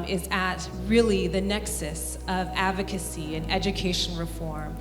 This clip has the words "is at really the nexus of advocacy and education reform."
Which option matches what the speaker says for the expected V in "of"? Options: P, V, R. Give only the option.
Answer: V